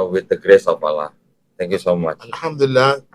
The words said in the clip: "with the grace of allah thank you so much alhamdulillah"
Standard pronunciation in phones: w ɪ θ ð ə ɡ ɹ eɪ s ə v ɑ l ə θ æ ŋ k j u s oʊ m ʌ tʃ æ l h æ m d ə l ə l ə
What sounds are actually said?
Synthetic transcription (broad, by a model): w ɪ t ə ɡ ɹ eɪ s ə p ɑ l ə t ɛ ŋ k j u s oʊ m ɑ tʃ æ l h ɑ m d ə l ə l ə